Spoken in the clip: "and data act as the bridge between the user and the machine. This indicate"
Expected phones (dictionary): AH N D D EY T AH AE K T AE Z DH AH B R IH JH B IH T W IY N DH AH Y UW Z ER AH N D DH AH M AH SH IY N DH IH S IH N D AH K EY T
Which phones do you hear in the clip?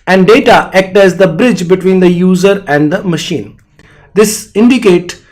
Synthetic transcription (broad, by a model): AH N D D EY T AH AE K T AE Z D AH B R IH JH B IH T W IY N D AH Y UW Z ER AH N D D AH M AH SH IY N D IH S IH N D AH K EY T